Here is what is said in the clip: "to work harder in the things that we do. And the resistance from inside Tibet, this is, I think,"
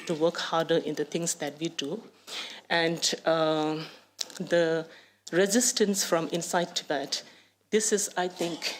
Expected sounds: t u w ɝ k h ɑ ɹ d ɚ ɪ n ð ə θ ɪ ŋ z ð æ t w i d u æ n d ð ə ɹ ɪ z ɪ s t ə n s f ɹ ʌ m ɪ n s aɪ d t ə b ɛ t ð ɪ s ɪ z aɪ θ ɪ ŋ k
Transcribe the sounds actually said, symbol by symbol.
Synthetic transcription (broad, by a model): t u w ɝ k h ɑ ɹ d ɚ ɪ n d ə t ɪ ŋ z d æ t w i d u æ n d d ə ɹ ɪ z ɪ s t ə n s f ɹ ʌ m ɪ n s aɪ d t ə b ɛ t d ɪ s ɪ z aɪ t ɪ ŋ k